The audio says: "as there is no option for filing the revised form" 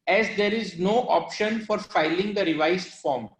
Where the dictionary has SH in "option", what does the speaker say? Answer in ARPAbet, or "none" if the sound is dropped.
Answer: SH